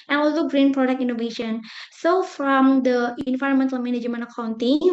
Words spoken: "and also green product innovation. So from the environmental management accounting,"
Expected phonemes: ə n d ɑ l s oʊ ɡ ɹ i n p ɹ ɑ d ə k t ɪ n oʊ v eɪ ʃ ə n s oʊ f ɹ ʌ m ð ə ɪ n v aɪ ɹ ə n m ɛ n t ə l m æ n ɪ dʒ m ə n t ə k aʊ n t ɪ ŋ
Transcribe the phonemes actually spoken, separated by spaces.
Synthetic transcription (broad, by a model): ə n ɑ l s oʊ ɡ ɹ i n p ɹ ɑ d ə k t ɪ n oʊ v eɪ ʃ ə n s oʊ f ɹ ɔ m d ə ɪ n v aɪ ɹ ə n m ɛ n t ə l m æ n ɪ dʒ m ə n ə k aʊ n t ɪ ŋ